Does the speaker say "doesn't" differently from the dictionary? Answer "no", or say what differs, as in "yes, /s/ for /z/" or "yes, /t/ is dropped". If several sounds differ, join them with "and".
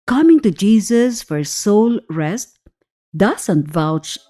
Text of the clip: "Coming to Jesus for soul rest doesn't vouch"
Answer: yes, /s/ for /z/